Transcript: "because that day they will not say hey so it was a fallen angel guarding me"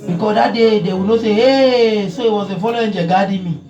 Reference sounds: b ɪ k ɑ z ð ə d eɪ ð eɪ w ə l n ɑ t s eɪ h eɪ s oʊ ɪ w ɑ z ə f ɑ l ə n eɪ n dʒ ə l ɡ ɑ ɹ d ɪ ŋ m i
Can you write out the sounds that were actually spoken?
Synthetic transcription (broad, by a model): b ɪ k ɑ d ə d eɪ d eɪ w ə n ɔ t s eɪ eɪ s oʊ ɪ w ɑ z ə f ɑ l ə eɪ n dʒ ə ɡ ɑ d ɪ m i